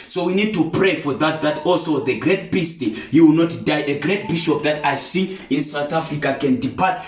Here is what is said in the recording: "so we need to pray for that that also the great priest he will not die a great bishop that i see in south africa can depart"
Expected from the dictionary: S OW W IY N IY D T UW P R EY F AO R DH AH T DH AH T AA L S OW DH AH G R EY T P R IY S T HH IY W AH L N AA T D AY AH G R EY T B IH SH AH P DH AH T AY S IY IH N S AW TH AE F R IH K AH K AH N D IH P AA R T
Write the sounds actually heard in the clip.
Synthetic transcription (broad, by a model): S OW W IY N IY D T UW P R EY F AO R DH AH T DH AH T AA L S OW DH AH G R EY T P IY S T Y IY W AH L N AA T D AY AH G R EY T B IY SH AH P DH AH T AY S IY IH N S AW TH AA F R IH K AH K AH N D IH P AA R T